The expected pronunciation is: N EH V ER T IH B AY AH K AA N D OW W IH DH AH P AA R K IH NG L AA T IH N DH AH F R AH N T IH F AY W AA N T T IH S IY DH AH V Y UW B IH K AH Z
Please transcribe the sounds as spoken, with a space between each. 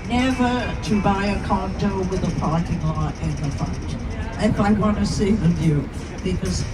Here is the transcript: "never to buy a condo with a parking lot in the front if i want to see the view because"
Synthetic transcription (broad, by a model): N EH V ER T IH B AY AH K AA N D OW W IH DH AH P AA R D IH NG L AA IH IH N DH AH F AH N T IH F AY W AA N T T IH S IY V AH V Y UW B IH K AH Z